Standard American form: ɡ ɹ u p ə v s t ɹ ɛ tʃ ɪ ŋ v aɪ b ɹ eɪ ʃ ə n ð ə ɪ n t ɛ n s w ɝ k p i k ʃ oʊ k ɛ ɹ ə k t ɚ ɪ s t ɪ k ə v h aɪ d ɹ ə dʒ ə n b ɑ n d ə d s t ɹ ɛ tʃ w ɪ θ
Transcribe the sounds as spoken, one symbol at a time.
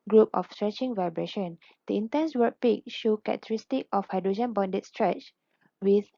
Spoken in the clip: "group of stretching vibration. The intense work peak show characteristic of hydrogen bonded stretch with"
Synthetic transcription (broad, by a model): ɡ ɹ u p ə f s t ɹ ɛ tʃ ɪ ŋ v aɪ b ɹ eɪ ʃ ə n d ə ɪ n t ɛ n s w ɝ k p i k ʃ oʊ k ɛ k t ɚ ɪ s t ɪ k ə f h aɪ d ɹ ə dʒ ə n b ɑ n d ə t s t ɹ ɛ tʃ w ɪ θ